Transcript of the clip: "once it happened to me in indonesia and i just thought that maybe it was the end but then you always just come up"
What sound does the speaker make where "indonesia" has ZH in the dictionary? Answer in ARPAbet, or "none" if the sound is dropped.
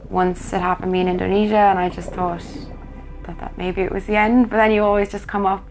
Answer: ZH